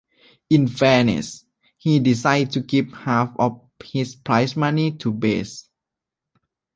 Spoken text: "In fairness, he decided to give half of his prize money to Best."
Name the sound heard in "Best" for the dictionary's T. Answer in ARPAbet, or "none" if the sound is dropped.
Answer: none